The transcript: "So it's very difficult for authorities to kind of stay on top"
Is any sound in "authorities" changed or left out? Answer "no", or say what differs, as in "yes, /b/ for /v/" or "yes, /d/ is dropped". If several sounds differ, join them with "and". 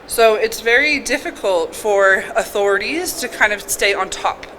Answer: no